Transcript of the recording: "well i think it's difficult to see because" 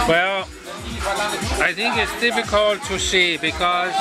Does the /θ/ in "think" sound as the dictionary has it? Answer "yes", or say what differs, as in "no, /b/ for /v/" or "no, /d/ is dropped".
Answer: no, /t/ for /θ/